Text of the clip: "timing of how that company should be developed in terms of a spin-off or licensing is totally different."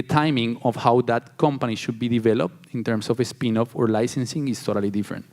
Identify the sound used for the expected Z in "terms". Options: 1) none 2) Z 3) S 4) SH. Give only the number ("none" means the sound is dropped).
3